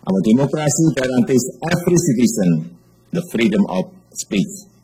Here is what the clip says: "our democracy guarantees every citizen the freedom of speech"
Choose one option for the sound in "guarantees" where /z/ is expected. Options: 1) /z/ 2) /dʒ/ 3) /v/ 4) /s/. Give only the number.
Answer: 4